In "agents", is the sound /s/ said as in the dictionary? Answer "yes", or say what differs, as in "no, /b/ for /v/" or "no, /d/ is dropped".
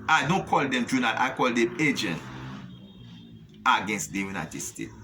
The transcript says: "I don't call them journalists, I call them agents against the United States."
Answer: no, /s/ is dropped